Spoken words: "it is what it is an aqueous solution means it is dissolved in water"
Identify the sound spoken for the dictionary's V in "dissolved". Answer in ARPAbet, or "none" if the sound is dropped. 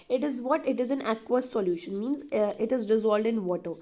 none